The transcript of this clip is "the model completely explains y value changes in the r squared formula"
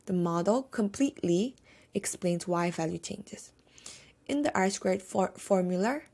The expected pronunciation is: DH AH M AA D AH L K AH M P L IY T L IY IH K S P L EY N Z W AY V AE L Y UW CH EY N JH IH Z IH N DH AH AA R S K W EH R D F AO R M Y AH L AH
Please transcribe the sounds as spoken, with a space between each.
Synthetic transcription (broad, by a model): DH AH M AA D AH L K AH M P L IY T L IY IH K S P L EY N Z W AY V AE L Y UW CH EY N JH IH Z IH N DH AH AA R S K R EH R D F AO R M Y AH L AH